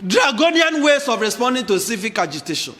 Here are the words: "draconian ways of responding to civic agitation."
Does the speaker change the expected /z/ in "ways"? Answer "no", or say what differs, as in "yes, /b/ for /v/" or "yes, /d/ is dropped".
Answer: yes, /s/ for /z/